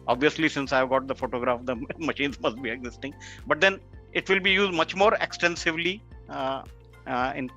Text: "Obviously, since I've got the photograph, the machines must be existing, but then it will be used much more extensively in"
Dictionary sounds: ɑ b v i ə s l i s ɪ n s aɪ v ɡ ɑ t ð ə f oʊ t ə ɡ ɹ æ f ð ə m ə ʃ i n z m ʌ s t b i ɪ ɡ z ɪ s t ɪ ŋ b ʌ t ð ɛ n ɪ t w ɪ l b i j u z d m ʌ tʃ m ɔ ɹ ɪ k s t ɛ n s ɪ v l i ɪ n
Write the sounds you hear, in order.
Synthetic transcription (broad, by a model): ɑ b v i ə s l i s ɪ n s aɪ v ɡ ɑ t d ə f oʊ t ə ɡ ɹ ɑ f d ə m ə ʃ i n z m ʌ s t b i ɪ ɡ z ɪ s t ɪ ŋ b ʌ t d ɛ n ɪ t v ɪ l b i j u z d m ʌ tʃ m ɔ ɹ ɪ k s t ɛ n s ɪ v l i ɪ n